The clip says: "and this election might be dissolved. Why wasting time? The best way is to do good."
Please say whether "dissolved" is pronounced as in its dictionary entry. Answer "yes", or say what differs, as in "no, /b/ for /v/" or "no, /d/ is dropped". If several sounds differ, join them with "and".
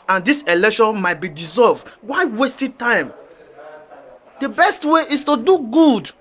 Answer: yes